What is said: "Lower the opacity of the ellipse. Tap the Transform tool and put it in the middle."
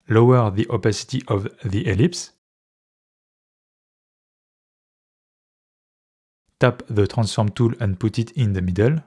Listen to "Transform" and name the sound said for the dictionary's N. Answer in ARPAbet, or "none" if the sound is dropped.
N